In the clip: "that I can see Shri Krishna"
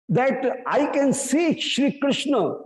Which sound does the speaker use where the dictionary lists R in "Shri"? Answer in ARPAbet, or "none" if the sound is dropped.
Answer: R